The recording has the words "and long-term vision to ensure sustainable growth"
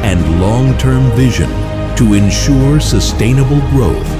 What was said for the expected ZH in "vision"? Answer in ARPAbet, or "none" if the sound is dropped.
ZH